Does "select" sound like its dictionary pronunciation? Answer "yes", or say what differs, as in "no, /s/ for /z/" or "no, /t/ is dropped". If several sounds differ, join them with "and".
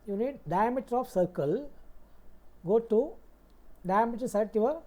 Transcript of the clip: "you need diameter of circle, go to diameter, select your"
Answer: no, /l/ is dropped and /k/ is dropped